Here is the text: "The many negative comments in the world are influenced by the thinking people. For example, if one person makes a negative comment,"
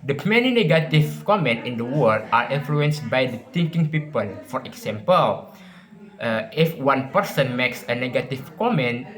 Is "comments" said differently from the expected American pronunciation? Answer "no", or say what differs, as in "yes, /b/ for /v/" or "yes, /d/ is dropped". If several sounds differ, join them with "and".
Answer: yes, /s/ is dropped